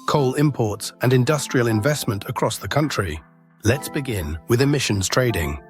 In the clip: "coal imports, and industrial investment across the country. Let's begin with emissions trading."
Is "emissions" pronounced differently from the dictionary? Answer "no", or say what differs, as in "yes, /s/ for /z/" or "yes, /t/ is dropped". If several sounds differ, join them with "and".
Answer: no